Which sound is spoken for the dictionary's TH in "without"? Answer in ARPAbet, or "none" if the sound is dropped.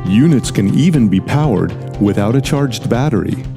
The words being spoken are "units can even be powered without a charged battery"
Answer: TH